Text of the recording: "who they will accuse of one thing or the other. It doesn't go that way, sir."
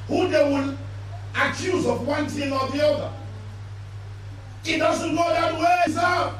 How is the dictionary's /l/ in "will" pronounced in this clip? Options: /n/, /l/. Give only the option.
/n/